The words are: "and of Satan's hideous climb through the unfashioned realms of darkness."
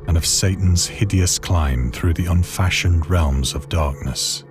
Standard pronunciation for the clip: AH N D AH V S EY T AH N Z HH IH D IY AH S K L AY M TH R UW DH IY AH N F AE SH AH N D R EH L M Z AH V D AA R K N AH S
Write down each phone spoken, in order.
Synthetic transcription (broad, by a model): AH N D AH V S EY T N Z HH IH D IY AH S K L AY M TH R UW DH IY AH N F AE SH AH N D R EH L M Z AH V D AA R K N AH S